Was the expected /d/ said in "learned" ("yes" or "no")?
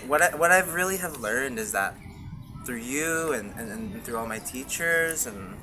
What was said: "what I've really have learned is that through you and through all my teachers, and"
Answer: yes